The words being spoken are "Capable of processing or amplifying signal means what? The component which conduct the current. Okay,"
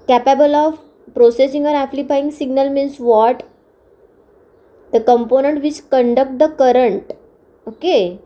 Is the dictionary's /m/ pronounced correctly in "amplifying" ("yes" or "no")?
no